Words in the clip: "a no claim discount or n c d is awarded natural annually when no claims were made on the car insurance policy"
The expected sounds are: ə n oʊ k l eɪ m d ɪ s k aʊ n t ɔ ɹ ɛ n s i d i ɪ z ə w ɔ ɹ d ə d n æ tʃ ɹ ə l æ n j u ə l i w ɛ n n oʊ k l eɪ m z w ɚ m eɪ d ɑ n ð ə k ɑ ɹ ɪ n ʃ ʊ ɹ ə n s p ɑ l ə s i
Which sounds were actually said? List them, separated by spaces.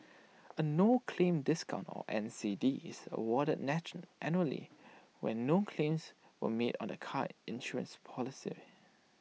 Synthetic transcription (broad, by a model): ə n oʊ k l eɪ m d ɪ s k aʊ n t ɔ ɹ ɛ n s i d i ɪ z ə w ɔ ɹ d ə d n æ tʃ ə n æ n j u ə l i w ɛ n n oʊ k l eɪ m s w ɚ m eɪ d ɑ n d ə k ɑ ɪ n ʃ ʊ ɹ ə n s p ɑ l ə s i